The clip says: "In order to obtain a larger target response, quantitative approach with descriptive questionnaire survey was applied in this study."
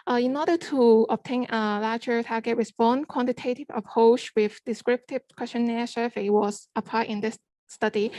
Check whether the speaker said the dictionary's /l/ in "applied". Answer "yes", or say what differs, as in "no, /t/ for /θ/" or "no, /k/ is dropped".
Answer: no, /l/ is dropped